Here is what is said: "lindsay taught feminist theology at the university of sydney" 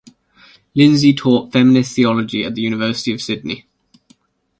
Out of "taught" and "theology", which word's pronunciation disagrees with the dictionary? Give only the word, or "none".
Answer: none